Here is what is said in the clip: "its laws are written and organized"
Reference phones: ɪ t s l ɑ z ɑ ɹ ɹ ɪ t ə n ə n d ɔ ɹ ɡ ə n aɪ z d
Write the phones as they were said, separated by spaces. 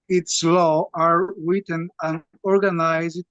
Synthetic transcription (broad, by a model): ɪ t s l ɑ ɑ ɹ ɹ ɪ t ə n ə n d ɔ ɹ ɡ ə n aɪ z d